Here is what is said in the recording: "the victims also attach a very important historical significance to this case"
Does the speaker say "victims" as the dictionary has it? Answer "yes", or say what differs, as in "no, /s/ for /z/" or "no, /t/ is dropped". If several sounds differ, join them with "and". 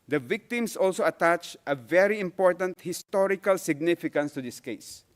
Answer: no, /s/ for /z/